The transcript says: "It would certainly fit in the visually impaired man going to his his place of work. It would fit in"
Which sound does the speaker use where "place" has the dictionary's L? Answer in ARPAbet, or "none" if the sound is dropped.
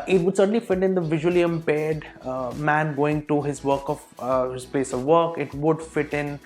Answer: none